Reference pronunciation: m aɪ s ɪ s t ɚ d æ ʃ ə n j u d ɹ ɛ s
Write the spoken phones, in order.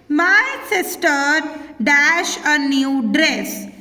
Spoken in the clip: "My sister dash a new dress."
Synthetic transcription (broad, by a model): m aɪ s ɪ s t ɚ d æ ʃ ə n j u d ɹ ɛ s